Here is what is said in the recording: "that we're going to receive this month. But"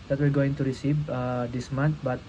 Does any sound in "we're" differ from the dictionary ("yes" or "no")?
yes